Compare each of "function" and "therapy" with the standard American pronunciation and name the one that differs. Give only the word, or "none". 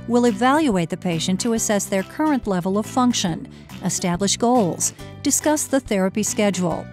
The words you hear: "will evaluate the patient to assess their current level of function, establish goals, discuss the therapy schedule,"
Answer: none